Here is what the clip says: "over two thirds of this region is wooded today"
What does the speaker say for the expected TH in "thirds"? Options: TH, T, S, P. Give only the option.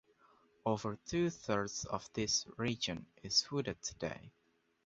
TH